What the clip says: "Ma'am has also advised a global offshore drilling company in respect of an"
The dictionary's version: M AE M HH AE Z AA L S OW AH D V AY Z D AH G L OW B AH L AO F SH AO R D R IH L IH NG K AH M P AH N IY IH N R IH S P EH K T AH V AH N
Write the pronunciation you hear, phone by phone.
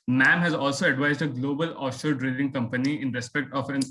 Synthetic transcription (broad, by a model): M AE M HH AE Z AA L S OW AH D V AY Z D AH G L OW B AH L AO SH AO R D R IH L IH NG K AH M P AH N IY IH N R IH S P EH K T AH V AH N